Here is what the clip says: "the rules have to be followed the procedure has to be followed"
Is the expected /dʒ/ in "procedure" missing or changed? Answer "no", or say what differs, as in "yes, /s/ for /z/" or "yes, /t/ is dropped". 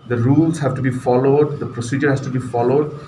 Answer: no